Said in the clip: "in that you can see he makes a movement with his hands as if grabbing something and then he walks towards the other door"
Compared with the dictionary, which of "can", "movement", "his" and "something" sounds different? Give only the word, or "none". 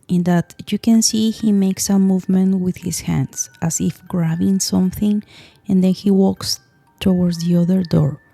his